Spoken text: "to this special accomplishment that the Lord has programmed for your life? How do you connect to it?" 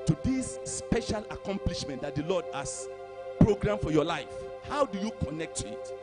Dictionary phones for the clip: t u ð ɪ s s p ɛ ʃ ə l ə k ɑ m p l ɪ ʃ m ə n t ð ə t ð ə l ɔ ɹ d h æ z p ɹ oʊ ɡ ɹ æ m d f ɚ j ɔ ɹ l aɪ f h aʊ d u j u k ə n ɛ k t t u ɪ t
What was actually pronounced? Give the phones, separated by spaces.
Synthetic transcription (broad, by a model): t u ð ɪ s s p ɛ ʃ ə l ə k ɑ m p l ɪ ʃ m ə n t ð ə t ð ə l ɔ d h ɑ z p ɹ oʊ ɡ ɹ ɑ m f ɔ j ɔ l aɪ f h aʊ d u j u k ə n ɛ k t t u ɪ t